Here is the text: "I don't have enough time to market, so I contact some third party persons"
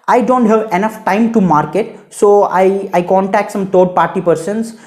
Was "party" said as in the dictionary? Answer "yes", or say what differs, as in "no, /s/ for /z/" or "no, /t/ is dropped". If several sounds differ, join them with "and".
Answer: yes